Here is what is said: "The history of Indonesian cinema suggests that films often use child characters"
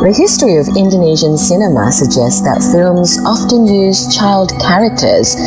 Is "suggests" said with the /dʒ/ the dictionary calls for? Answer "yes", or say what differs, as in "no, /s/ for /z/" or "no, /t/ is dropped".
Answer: yes